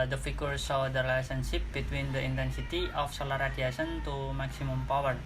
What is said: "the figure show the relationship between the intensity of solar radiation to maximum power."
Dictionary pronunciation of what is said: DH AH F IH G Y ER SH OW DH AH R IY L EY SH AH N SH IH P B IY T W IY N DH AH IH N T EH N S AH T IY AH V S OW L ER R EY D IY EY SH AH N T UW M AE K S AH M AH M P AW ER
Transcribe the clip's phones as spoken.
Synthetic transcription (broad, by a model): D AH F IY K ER S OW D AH R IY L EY S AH N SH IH P B IY T W IY N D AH IH N T EH N S AH T IY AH F S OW L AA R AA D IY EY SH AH N T UW M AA K S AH M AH M P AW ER